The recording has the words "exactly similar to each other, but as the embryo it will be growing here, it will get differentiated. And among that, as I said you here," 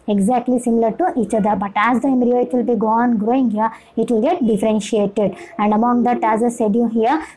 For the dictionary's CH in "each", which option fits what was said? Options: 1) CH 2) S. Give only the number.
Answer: 1